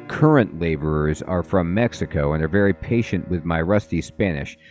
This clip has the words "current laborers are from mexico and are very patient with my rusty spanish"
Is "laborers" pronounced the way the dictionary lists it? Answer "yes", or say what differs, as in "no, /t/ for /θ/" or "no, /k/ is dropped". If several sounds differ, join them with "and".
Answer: yes